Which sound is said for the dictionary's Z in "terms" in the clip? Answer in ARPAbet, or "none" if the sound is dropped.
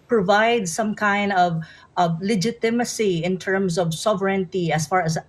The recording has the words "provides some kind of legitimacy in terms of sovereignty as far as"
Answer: S